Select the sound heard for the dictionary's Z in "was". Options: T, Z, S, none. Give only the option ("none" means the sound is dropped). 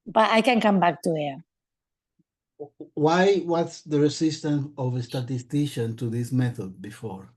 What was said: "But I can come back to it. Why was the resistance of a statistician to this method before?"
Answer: S